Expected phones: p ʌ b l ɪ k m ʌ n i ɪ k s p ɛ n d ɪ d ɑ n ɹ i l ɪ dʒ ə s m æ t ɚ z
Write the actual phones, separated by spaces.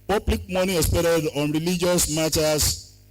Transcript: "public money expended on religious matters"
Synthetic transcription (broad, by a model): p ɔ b l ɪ k m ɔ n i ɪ s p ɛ d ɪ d ɑ n ɹ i l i dʒ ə s m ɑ t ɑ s